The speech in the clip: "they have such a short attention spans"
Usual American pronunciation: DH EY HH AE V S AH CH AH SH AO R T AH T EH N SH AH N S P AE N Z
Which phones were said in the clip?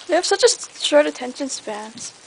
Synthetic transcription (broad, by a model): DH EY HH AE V S AH CH AH S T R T AH T EH N SH AH N S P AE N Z